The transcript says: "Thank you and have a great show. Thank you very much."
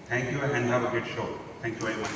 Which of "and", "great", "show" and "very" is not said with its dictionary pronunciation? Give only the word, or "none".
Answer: great